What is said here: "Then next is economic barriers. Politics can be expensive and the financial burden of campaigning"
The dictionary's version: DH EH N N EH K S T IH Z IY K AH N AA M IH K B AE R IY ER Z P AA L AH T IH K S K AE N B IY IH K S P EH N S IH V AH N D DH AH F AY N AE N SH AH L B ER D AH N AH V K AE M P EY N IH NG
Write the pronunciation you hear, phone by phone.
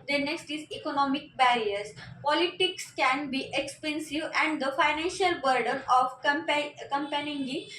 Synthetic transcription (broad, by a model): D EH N N EH K S T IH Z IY K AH N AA M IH K B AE R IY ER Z P AA L AH T IH K S K AE N B IY IH K S P EH N S IH V AH N D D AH F AY N AE N SH AH L B ER D AH N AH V K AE M P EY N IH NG